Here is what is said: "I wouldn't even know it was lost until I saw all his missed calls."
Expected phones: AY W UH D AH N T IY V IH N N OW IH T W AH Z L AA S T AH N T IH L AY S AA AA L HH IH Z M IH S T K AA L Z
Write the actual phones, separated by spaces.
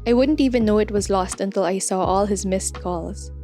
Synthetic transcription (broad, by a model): AY W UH D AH N T IY V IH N N OW IH T W AH Z L AA S T AH N T IH L AY S AA AA L HH IH Z M IH S T K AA L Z